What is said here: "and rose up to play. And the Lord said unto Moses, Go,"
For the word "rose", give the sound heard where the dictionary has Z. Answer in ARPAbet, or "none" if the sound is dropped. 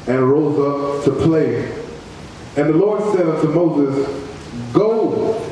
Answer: Z